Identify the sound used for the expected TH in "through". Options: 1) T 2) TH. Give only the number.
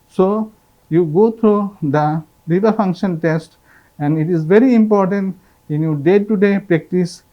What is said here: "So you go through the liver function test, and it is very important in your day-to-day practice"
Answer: 1